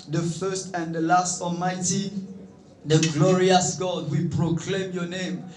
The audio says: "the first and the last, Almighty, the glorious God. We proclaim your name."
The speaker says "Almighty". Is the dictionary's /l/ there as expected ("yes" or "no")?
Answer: yes